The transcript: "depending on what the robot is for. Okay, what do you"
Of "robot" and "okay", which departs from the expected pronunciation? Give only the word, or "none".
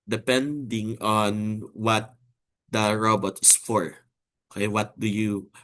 none